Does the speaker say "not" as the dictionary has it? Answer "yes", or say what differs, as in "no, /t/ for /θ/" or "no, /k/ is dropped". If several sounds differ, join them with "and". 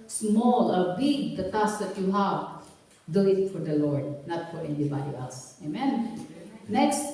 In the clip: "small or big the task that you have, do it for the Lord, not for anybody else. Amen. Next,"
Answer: yes